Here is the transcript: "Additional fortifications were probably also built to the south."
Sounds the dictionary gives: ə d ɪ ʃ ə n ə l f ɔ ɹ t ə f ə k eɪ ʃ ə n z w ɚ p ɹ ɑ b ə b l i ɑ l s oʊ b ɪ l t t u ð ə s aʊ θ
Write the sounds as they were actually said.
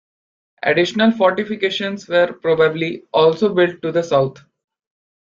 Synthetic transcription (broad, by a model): ə d ɪ ʃ ə n ə l f ɔ ɹ t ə f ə k eɪ ʃ ə n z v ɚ p ɹ ɑ b ə b l i ɑ l s oʊ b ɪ l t t u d ə s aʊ t